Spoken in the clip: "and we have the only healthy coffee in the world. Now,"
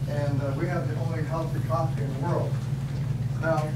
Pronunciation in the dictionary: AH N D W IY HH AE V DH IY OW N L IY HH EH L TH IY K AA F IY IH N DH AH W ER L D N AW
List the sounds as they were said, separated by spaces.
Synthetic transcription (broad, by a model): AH N W IY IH V DH IY OW N L IY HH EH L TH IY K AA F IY IH N DH AH W ER L D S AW